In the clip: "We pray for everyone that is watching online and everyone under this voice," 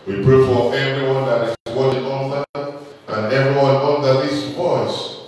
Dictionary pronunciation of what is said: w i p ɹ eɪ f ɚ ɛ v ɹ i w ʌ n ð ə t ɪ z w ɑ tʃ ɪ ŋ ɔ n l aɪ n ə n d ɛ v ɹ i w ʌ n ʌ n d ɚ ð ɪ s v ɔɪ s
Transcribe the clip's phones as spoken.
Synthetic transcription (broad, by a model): w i p ɹ eɪ f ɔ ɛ v ɹ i w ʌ n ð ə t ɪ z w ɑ ɪ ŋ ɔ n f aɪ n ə n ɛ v ɹ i w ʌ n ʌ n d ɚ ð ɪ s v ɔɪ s